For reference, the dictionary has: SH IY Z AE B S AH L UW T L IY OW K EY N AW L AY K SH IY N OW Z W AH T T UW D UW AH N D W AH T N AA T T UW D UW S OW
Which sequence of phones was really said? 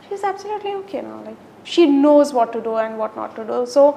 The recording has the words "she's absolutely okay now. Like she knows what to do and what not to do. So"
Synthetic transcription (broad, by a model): SH IY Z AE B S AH L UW T L IY OW K EY N AW L AY K SH IY N OW Z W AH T T UW D UW AH N D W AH T N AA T T UW D UW S OW